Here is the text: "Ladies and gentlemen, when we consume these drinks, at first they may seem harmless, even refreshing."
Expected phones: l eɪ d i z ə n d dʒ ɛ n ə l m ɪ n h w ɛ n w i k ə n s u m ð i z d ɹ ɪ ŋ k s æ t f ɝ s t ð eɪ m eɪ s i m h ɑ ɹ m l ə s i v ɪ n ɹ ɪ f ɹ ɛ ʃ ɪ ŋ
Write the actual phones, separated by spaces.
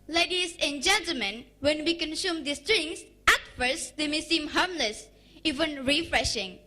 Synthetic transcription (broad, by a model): l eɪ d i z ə n dʒ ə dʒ m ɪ n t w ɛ n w i k ə n s u m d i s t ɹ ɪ ŋ s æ t f ɝ s t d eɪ m eɪ s i m h ɑ ɹ m l ə s i v ɪ n ɹ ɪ f ɹ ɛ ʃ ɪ ŋ